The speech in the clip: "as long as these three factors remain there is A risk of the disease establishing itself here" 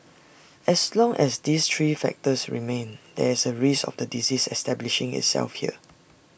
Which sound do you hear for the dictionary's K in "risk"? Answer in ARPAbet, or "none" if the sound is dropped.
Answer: none